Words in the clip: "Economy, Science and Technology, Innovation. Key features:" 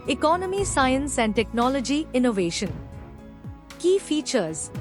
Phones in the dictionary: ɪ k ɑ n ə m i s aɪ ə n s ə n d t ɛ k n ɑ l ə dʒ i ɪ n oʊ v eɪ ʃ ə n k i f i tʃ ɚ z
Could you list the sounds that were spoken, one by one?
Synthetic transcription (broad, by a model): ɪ k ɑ n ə m i s aɪ ə n s ə n d t ɛ k n ɑ l ə dʒ i ɪ n oʊ v eɪ ʃ ə n k i f i tʃ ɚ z